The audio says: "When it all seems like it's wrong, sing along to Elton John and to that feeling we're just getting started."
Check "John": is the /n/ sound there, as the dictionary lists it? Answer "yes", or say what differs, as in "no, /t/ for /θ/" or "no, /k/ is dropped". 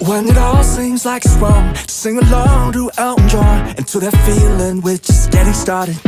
no, /n/ is dropped